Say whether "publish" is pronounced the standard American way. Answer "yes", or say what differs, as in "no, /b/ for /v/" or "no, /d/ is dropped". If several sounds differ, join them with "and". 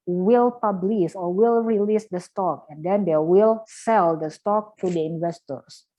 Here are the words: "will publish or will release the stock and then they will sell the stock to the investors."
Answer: no, /s/ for /ʃ/